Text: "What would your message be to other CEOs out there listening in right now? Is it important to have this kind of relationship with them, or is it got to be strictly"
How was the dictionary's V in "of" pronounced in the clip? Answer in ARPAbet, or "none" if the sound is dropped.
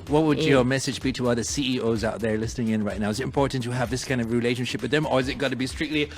V